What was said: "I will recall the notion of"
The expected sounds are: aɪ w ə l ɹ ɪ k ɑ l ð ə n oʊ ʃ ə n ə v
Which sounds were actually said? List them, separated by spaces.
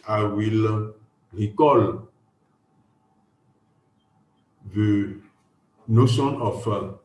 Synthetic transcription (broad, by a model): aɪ w ə l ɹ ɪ k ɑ l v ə n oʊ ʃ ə n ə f